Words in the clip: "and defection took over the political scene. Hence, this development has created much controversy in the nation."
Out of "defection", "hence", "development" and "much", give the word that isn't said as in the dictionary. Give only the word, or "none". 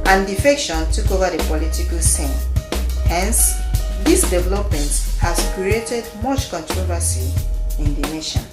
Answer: none